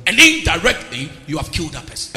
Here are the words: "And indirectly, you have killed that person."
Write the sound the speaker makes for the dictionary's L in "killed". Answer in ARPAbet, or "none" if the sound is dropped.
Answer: L